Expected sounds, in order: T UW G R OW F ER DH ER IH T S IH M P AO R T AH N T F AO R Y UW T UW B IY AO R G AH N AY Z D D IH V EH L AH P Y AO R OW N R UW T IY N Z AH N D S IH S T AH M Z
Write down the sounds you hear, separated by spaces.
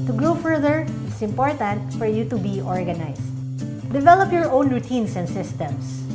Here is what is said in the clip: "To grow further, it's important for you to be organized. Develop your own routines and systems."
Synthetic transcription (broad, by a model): T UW G R OW F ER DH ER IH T S IH M P AO R T AH N T F AO R Y UW T UW B IY AO R G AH N AY S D D IH V EH L AH P Y AO R OW N R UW T IY N S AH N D S IH S T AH M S